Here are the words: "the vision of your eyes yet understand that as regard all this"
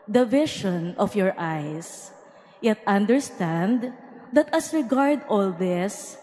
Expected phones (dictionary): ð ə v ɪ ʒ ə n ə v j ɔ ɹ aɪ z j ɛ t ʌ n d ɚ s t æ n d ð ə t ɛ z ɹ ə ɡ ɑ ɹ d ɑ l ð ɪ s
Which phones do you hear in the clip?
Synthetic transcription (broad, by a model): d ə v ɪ ʃ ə n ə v j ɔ ɹ aɪ s j ɛ t ʌ n d ɚ s t æ n d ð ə t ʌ s ɹ ə ɡ ɑ ɹ d ɑ l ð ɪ s